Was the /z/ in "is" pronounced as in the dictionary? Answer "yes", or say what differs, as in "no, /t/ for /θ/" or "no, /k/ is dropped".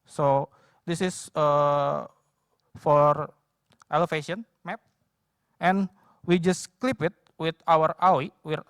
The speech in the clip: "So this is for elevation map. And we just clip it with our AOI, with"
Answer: no, /s/ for /z/